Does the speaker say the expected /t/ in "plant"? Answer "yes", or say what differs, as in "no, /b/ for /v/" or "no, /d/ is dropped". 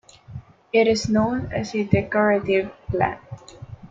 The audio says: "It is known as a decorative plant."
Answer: no, /t/ is dropped